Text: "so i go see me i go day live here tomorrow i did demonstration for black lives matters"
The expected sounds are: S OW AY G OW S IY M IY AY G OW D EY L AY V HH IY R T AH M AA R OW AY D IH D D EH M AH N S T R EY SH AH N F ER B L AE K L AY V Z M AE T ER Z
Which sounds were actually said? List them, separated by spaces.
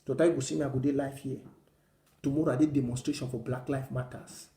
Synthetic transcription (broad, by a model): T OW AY G OW S IY M IY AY G OW D EY L AY F HH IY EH T AH M AA R OW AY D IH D D EH M AH N S T R EY SH AH N F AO B L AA K L AY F M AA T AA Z